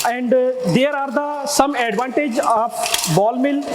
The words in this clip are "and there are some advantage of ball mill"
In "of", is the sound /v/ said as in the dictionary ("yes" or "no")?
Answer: no